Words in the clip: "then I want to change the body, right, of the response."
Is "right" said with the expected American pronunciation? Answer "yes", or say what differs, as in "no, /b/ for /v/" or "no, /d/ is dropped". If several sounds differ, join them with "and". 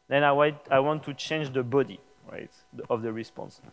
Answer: yes